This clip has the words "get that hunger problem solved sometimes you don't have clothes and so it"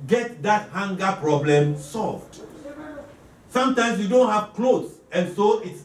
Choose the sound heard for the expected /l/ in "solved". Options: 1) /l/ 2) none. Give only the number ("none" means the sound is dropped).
1